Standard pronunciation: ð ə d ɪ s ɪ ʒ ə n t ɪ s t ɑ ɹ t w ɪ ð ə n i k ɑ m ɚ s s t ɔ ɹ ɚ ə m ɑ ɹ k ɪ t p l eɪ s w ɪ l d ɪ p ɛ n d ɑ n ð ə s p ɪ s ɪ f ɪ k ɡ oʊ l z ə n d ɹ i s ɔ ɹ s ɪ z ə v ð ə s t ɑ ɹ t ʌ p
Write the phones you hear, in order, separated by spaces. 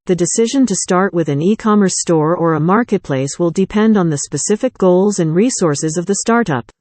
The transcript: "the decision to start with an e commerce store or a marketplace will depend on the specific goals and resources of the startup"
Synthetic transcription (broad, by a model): ð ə d ɪ s ɪ ʒ ə n t ɪ s t ɑ ɹ t w ɪ ð ə n i k ɑ m ɚ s s t ɔ ɹ ɚ ə m ɑ ɹ k ɪ t p l eɪ s w ɪ l d ɪ p ɛ n d n ð ə s p ɪ s ɪ f ɪ k ɡ oʊ l z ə n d ɹ i s ɔ ɹ s ɪ z ə v ð ə s t ɑ ɹ t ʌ p